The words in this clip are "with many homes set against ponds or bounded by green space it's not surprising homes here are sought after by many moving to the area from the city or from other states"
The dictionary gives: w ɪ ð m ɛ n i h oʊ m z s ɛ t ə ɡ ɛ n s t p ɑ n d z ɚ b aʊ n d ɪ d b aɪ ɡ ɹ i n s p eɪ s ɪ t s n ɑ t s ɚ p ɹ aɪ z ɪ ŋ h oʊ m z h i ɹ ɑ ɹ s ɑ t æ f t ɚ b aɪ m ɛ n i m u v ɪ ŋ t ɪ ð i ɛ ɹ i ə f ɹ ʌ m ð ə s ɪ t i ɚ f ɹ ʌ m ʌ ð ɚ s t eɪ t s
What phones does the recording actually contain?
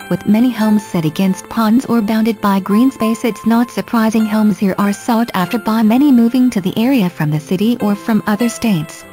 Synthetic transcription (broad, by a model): w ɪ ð m ɛ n i h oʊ m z s ɛ t ə ɡ ɛ n s t p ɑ n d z ɚ b aʊ n d ɪ d b aɪ ɡ ɹ i n s p eɪ s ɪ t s n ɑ t s ɚ p ɹ aɪ z ɪ ŋ h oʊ m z h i ɹ ɑ ɹ s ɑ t æ f t ɚ b aɪ m ɛ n i m u v ɪ ŋ t ɪ ð i ɛ ɹ i ə f ɹ ʌ m ð ə s ɪ t i ɚ f ɹ ʌ m ʌ ð ɚ s t eɪ t s